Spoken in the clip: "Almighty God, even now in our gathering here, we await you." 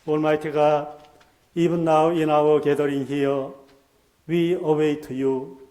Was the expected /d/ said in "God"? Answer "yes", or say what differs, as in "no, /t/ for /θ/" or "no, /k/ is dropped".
no, /d/ is dropped